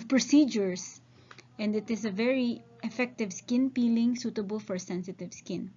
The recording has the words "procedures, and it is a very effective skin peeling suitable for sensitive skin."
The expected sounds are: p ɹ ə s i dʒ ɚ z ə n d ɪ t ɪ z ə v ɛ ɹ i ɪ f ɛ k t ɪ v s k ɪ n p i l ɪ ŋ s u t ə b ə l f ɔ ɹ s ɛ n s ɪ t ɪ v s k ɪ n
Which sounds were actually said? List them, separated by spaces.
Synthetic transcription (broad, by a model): p ɹ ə s i dʒ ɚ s ə n d ɪ t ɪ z ə v ɛ ɹ i ɪ f ɛ k t ɪ v s k ɪ n p i l ɪ ŋ s u t ə b ə l f ɔ ɹ s ɛ n s ɪ t ɪ v s k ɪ n